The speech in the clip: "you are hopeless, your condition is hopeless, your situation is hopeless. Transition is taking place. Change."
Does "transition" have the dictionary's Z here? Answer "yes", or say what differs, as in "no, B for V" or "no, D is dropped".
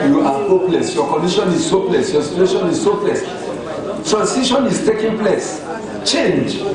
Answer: no, S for Z